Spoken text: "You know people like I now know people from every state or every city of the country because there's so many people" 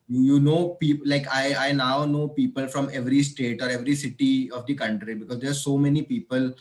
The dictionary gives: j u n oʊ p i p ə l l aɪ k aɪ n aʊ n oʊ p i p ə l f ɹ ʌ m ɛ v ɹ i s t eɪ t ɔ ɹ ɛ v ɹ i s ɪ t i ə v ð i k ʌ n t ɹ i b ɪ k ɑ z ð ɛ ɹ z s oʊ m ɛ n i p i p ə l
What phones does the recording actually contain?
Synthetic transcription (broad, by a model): j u n oʊ p i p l l aɪ k aɪ n aʊ n oʊ p i p ə l f ɹ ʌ m ɛ v ɹ i s t eɪ t ɔ ɹ ɛ v ɹ i s ɪ t i ə v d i k ʌ n t ɹ i b ɪ k ɑ z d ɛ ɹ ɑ s oʊ m ɛ n i p i p ə l